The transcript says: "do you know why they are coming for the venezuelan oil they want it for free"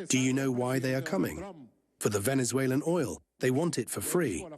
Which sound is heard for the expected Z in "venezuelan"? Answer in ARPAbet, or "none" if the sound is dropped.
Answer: Z